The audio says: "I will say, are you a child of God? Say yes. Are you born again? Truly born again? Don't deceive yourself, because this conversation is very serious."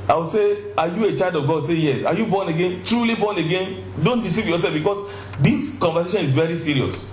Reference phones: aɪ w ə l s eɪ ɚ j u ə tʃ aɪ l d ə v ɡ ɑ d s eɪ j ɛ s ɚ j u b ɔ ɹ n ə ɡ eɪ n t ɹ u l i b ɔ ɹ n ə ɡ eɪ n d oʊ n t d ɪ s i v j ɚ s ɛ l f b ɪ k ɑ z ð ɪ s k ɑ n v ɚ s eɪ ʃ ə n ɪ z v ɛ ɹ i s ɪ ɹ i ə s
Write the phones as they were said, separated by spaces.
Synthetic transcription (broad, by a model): aɪ w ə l s eɪ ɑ j u ə tʃ aɪ l d ə v ɡ ɑ d s eɪ j ɛ s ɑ j u b ɔ n ə ɡ eɪ n t ɹ u l i b ɔ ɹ n ə ɡ eɪ n d oʊ n t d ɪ s i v j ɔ s ɛ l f b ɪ k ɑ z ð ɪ s k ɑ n v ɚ s eɪ ʃ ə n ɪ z v ɛ ɹ i s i ɹ i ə s